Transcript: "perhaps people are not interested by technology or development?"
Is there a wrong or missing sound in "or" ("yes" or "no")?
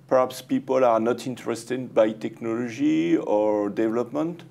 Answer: no